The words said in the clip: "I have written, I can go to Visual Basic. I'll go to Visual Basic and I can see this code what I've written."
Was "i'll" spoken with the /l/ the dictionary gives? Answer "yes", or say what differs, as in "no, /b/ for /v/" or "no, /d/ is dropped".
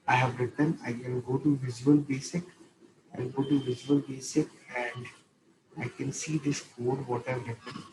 no, /n/ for /l/